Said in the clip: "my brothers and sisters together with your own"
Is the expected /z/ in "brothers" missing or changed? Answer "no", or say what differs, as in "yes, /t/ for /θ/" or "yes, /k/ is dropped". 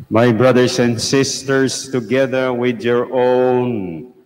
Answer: yes, /s/ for /z/